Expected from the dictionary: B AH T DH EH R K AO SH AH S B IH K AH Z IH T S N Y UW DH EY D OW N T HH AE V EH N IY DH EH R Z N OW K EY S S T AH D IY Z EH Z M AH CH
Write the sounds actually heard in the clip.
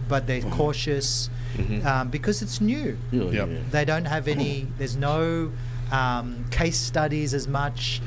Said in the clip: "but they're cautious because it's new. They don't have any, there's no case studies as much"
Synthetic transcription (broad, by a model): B AH T DH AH R K AO SH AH S B IH K AH Z IH T S N Y UW DH EY D OW N T HH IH V EH N IY DH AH R Z N OW K EY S S T AH D IY Z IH Z M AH CH